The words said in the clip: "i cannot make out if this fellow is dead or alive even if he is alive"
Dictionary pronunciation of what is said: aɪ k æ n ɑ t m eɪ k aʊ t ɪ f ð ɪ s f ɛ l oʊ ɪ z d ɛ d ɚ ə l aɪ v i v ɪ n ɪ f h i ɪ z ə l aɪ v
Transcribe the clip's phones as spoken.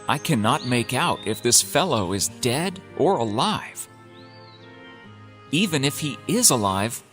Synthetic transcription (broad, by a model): aɪ k æ n ɑ t m eɪ k aʊ t ɪ f ð ɪ s f ɛ l oʊ ɪ z d ɛ d ɚ ə l aɪ v i v ɪ n ɪ f h i ɪ z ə l aɪ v